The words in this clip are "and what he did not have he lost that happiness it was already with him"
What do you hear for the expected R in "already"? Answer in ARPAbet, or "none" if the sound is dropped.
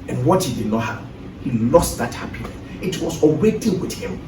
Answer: W